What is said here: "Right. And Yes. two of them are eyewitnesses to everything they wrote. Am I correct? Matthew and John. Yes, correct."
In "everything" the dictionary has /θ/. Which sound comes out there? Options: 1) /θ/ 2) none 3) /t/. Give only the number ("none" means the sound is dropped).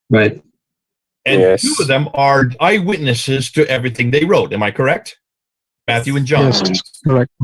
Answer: 1